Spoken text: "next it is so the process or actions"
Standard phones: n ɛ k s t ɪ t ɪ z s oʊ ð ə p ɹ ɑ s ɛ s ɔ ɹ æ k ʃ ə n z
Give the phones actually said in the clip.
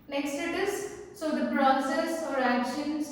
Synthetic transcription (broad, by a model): n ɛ k s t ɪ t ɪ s s oʊ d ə b ɹ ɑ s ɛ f ɔ ɹ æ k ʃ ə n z